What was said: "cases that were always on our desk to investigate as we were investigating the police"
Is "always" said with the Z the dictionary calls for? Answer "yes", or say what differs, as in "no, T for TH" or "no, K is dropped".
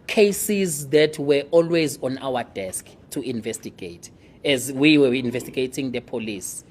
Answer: yes